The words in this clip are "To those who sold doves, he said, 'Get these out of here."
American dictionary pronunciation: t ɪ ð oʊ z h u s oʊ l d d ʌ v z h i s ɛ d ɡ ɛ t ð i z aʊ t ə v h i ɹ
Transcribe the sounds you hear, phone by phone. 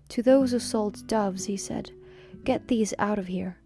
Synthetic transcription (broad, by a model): t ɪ ð oʊ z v s oʊ l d d ʌ v z h i s ɛ d ɡ ɛ t ð i z aʊ t ə v h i ɹ